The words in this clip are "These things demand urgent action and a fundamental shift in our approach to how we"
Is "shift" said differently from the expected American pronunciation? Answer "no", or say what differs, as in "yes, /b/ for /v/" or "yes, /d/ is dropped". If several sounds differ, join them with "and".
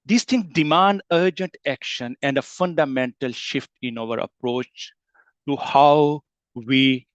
no